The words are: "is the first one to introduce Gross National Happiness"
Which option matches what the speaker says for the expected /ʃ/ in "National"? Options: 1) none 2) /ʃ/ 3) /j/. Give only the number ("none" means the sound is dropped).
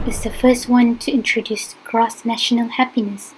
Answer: 2